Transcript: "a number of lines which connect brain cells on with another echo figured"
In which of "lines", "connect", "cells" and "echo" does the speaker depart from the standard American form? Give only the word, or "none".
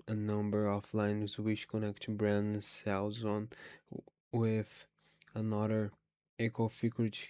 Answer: none